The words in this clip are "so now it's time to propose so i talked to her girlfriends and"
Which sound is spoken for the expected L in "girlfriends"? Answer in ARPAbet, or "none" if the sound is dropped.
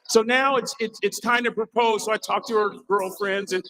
L